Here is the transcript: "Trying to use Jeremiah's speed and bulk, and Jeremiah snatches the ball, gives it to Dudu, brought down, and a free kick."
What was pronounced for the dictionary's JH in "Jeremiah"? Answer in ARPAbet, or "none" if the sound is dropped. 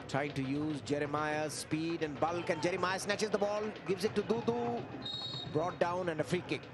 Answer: JH